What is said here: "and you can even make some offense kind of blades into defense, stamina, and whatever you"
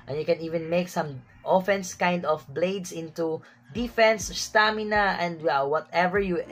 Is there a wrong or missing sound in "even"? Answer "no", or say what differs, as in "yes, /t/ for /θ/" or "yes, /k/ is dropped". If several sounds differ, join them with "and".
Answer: no